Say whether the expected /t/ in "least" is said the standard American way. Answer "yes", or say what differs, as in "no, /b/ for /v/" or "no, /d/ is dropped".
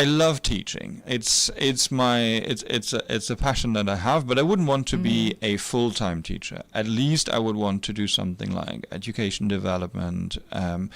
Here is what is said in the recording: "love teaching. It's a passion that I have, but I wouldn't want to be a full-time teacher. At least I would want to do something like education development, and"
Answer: yes